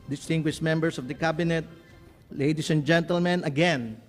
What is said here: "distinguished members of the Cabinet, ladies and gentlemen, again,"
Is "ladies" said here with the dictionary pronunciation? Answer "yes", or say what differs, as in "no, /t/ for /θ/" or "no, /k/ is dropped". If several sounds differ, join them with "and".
no, /s/ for /z/